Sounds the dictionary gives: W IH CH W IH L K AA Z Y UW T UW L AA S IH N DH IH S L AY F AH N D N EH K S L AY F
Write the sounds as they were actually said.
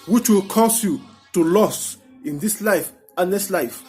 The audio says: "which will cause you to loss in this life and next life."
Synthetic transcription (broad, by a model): W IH CH W IH L K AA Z Y UW T UW L AA S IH N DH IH S L AY F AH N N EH S L AY F